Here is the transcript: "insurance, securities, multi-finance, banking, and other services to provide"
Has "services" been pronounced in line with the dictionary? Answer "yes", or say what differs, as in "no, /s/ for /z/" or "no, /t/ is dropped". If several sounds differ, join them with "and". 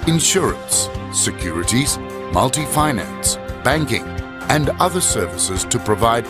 yes